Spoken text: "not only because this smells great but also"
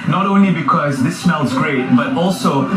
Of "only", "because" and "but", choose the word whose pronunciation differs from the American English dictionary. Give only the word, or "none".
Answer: none